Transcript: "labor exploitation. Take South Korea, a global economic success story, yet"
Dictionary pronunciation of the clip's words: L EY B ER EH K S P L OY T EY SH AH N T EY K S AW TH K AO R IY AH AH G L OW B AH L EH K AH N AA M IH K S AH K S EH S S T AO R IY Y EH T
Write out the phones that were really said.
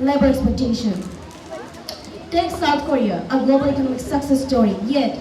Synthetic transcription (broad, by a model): L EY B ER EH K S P OY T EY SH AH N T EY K S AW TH K AO R IY AH AH G L OW B AH L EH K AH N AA M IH K S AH K S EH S S T AO R IY Y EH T